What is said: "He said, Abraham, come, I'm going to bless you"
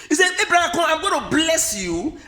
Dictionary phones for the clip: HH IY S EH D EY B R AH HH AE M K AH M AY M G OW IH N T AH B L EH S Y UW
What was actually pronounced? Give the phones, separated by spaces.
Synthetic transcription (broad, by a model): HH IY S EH EY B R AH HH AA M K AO AY M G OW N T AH B L EH S Y UW